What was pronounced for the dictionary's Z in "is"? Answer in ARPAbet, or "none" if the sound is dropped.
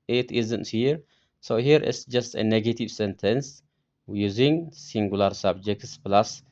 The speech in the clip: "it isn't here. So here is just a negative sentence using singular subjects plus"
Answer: S